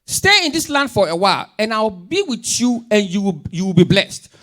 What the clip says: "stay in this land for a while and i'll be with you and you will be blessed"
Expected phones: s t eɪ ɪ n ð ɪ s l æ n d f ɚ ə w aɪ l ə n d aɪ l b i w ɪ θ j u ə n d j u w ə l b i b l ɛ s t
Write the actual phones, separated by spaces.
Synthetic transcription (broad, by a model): s t eɪ ɪ n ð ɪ s l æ n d f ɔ ə w aɪ l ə n aɪ w b i w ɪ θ j u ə n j j u w ə l b i b l ɛ s t